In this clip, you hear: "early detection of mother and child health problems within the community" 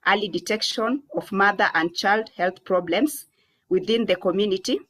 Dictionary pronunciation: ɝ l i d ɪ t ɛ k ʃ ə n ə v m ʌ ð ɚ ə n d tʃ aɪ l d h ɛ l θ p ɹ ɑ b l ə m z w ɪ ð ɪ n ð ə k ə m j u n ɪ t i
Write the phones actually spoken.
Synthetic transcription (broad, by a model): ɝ l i d ɪ t ɛ k ʃ ə n ə v m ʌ ð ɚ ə n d tʃ aɪ l d h ɛ l θ p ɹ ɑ b l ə m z w ɪ ð ɪ n ð ə k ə m j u n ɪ t i